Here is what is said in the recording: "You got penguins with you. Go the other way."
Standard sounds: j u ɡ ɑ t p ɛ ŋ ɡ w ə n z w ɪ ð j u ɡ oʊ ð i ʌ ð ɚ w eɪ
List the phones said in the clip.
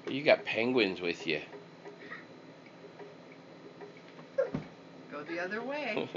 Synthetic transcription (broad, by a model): j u ɡ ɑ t p ɛ ŋ ɡ w ə n z w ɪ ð j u ɡ oʊ ð i ʌ ð ɚ w eɪ